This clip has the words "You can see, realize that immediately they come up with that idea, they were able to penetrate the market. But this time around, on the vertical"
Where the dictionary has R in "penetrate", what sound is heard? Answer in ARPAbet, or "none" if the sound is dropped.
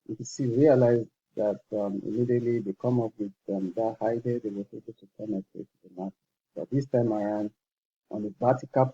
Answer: none